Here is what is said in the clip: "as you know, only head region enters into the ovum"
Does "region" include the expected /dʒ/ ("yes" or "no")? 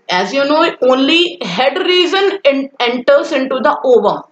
no